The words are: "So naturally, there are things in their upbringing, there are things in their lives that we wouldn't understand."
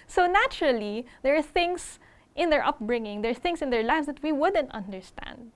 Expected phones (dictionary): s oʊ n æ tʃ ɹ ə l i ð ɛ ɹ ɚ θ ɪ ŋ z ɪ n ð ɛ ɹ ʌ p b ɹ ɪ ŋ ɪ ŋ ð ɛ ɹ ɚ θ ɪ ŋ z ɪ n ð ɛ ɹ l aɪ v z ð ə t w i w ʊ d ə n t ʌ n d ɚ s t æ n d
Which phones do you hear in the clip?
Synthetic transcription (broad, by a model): s oʊ n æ tʃ ɹ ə l i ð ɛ ɹ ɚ θ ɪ ŋ s ɪ n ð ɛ ɹ ʌ p b ɹ ɪ ŋ ɪ ŋ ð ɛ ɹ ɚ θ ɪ ŋ s ɪ n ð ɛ ɹ l aɪ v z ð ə t w i w ʊ d ə n t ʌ n d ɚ s t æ n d